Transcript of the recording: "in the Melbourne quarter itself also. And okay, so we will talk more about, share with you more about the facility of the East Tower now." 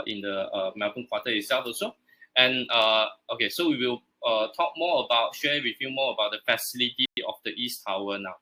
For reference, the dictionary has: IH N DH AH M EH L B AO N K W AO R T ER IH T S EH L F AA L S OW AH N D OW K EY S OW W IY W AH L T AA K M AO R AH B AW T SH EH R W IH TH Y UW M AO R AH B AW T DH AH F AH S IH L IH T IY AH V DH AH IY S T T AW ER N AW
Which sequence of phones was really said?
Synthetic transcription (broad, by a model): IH N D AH M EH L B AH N K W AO T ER IH T S EH L F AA S OW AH N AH OW K EY S OW W IY W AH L T AA K M AO AH B AW T SH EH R W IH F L M AO AH B AW T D AH F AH S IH L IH T IY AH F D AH IY S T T AW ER N AW